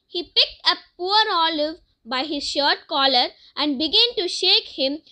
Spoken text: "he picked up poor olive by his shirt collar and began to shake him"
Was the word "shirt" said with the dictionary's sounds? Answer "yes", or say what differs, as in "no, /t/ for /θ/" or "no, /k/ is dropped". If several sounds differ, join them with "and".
yes